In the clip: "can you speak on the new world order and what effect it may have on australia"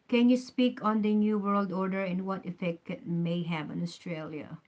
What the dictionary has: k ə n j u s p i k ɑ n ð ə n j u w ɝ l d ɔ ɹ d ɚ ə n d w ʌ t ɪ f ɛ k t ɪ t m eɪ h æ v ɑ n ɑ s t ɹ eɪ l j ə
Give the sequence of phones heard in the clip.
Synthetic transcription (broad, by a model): k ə n j u s p i k ɑ n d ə n j u w ɝ l d ɔ ɹ d ɚ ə n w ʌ t ɪ f ɛ k t ɪ t m eɪ h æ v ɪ n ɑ s t ɹ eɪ l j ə